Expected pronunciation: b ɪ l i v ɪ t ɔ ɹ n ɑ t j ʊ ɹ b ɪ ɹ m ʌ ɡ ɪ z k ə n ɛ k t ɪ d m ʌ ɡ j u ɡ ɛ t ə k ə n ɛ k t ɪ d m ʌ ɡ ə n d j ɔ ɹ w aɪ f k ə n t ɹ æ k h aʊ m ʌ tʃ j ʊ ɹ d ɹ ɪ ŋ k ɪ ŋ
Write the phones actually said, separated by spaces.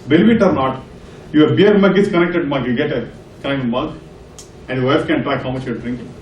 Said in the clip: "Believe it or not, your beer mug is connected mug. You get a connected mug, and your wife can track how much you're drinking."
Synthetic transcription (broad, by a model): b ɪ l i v ɪ t ɔ ɹ n ɑ t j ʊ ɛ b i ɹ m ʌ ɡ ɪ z k ə n ɛ k t ɪ d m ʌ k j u ɡ ɛ t ə k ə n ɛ k t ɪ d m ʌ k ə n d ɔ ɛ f k ə n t ɹ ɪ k h aʊ m ʌ tʃ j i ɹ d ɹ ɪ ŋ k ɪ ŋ